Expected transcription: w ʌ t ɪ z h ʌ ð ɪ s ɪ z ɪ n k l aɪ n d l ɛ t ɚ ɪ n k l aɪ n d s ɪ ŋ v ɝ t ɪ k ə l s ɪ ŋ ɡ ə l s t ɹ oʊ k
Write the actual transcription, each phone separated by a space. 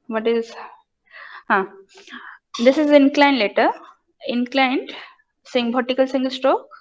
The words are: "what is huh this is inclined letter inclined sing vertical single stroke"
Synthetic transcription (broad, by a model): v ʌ t ɪ z h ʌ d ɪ s ɪ z ɪ n k l aɪ n d l ɛ t ɚ ɪ n k l aɪ n d s ɪ ŋ b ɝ t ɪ k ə l s ɪ ŋ ɡ ə l s t ɹ oʊ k